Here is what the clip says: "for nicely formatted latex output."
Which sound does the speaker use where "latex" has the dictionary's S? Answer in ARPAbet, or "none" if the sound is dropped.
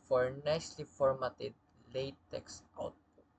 S